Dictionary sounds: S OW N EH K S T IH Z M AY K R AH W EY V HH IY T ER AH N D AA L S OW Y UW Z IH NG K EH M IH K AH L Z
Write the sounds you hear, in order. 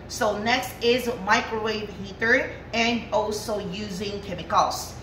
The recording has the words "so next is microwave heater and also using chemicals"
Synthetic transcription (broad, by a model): S OW N EH K S T IH Z M AY K R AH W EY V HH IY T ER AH N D AA L S OW Y UW Z IH NG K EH M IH K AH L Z